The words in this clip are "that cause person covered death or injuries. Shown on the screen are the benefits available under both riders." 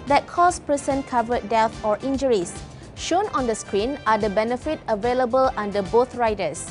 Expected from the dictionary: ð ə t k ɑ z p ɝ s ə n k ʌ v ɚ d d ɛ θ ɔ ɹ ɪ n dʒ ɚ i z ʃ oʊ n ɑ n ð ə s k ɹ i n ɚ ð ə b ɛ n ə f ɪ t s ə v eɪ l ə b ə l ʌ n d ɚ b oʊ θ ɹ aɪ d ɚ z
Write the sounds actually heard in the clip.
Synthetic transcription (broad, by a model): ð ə t k ɑ s p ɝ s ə n k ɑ v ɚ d d ɛ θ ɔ ɹ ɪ n dʒ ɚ i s ʃ oʊ n ɑ n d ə s k ɹ i n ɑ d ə b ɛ n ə f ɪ t ə v eɪ l ə b ə l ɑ n d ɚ b oʊ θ ɹ aɪ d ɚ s